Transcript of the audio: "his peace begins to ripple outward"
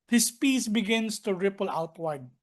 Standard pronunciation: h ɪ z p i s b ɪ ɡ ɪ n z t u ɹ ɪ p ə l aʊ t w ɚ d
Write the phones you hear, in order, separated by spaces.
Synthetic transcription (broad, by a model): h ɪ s p i s b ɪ ɡ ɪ n s t u ɹ ɪ p ə l aʊ t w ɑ d